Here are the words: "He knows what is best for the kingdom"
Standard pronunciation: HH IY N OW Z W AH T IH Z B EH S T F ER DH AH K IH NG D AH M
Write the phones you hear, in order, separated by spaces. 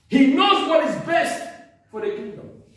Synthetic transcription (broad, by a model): HH IY N OW Z W AH T IH Z B EH S T F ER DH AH K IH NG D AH M